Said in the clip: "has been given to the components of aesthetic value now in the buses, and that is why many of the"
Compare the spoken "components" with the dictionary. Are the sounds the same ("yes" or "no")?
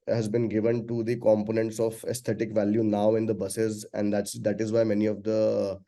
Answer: yes